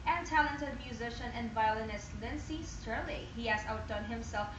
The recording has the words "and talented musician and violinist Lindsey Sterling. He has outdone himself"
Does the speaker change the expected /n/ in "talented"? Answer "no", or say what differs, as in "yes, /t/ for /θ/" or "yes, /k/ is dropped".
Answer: no